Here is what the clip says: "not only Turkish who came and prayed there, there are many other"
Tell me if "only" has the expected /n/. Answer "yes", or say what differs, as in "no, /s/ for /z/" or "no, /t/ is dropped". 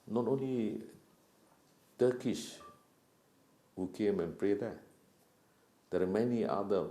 yes